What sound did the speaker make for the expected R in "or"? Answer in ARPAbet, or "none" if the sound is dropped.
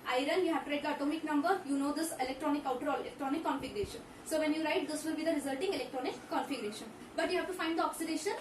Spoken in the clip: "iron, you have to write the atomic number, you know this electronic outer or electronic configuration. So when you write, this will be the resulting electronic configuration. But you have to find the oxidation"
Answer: L